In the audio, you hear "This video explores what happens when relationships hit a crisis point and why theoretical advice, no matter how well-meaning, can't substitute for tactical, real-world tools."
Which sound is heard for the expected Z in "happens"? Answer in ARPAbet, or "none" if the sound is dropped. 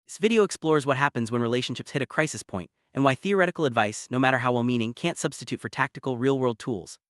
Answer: Z